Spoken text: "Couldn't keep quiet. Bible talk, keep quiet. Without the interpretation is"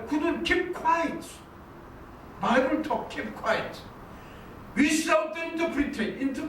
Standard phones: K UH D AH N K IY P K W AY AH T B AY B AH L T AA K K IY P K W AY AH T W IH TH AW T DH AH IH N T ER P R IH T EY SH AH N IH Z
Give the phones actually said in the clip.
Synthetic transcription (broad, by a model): K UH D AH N K IY P K W AY AH T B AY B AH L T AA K K IY P K W AY AH T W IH S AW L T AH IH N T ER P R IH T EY AH N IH